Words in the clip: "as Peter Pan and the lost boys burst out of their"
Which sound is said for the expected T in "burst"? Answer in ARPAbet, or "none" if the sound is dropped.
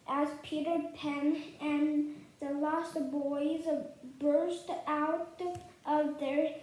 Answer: T